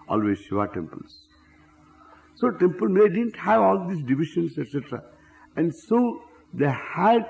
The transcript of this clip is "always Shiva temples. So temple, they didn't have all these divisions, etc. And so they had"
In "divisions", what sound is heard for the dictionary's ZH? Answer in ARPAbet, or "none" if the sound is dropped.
SH